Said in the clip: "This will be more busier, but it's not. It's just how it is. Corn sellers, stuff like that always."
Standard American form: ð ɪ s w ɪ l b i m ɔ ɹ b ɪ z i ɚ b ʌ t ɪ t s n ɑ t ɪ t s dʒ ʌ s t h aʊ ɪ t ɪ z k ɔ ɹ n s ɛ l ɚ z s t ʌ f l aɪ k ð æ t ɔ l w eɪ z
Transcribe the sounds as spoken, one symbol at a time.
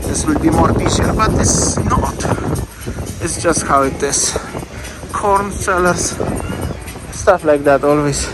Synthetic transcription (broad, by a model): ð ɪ s w ɪ l b i m ɔ ɹ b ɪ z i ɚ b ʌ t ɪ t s n ɑ t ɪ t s dʒ ʌ s t h aʊ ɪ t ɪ s k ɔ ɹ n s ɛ l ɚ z s t ʌ f l aɪ k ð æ t ɔ l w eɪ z